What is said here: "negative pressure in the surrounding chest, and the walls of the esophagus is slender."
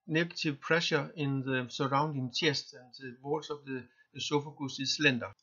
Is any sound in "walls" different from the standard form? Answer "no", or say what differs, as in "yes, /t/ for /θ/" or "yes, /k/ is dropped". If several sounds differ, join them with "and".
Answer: yes, /s/ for /z/